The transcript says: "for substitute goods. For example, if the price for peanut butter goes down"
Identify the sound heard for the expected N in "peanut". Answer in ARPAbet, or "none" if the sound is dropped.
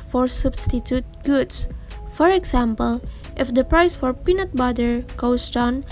N